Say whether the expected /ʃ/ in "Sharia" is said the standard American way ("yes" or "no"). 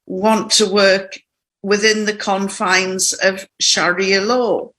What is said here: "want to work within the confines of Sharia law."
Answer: yes